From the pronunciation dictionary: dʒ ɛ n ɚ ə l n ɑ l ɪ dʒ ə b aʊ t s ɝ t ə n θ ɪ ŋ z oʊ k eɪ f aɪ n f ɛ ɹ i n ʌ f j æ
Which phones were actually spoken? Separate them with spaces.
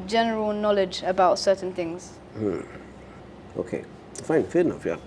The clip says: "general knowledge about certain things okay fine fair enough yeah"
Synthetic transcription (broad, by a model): dʒ ɛ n ɚ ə l n ɑ l ɪ dʒ ə b aʊ t s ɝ t n θ ɪ ŋ z oʊ k eɪ f aɪ n f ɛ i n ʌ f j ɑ